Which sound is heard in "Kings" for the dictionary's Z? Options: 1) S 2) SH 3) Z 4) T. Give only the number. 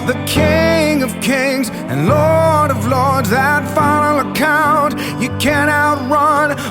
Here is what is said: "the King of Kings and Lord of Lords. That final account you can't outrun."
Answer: 3